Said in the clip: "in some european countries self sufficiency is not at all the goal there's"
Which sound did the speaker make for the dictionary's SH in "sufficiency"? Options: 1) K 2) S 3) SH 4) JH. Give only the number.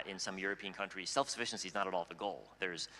3